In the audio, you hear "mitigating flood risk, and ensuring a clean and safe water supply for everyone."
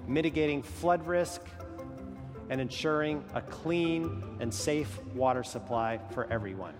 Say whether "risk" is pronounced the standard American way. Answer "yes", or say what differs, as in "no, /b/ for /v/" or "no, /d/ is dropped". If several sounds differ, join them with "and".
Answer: yes